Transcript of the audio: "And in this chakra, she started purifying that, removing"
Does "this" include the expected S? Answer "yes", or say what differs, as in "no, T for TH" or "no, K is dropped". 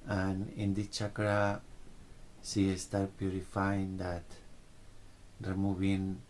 no, S is dropped